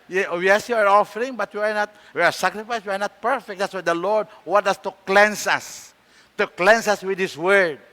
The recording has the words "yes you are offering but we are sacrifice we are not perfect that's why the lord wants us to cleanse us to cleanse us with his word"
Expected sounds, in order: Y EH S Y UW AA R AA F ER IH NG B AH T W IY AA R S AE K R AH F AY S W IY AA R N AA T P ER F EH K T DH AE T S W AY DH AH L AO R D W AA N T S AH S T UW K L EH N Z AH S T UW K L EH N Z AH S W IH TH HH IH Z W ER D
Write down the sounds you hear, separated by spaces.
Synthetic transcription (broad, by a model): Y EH S Y UW AA R AA F ER IH NG B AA T W IY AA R S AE K R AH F AY S W IY AA R N AA T P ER F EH K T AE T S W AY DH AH L AO R D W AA T AH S T UW K L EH N S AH S T UW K L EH N S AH S W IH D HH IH S W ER D